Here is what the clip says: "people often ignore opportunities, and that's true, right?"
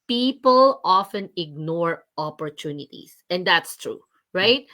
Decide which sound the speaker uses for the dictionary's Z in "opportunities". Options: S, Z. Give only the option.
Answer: S